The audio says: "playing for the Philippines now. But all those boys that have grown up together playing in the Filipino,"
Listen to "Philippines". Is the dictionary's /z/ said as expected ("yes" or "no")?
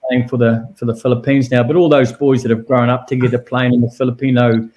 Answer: yes